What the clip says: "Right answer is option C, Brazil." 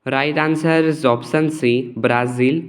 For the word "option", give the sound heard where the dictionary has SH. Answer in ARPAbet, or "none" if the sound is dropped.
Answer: S